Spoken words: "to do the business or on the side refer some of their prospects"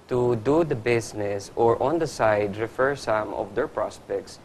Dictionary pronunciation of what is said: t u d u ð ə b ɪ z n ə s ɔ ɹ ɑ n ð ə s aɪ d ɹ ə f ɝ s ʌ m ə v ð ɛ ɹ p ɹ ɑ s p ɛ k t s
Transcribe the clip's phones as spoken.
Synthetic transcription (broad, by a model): t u d u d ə b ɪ s n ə s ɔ ɹ ɑ n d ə s aɪ d ɹ ə f ɝ s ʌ m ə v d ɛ ɹ p ɹ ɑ s p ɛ k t s